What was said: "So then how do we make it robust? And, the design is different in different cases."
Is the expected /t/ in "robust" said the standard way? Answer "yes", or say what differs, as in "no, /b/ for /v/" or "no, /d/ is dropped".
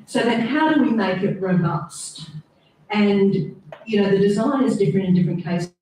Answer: yes